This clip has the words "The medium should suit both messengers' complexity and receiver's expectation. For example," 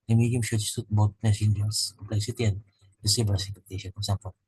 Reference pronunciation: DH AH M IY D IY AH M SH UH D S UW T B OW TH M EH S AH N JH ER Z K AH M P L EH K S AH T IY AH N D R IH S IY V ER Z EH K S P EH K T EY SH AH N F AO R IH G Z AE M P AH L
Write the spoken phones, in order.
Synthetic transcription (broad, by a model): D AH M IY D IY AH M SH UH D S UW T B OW T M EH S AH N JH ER S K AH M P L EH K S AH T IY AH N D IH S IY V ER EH S EH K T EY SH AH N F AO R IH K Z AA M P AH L